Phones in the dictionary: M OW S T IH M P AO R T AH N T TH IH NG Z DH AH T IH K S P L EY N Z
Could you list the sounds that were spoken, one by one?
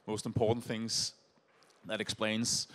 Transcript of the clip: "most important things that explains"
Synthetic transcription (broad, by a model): M OW S T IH M P AO R T N TH IH NG Z DH AH T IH K S P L EY N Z